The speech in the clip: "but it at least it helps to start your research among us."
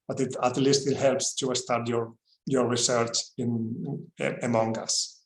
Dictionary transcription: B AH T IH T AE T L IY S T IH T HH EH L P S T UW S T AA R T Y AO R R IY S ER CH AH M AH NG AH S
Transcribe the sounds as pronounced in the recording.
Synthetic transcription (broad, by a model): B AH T IH T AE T L IY S T IH T HH EH L P S T UW S T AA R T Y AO R R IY S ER CH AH M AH NG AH S